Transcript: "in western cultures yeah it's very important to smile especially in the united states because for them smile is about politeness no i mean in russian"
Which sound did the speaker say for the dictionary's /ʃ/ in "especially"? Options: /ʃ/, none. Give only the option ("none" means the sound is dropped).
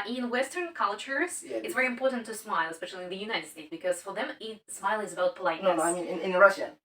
/ʃ/